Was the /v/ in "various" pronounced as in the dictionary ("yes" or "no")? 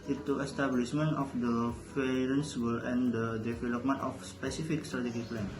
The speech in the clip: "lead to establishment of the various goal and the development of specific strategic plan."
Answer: no